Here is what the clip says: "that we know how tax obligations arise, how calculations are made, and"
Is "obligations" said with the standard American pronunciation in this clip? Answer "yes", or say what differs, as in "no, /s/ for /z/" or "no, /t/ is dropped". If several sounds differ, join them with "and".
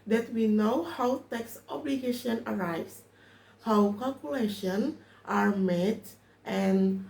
no, /z/ is dropped